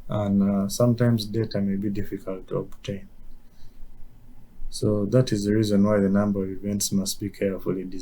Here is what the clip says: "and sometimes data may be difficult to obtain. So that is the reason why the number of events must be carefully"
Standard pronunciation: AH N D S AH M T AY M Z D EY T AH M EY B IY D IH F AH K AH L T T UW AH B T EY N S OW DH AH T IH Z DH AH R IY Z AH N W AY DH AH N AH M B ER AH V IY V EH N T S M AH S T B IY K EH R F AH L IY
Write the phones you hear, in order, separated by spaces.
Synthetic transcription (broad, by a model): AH N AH S AH M T AY M Z D EY T AH M EY B IY D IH F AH K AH L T T UW AH B T EY N S OW DH AH T IH Z DH AH R IY Z AH N W AY DH AH N AH M B ER AH V IY V EH N T S M AH S T B IY K EH R F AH L IY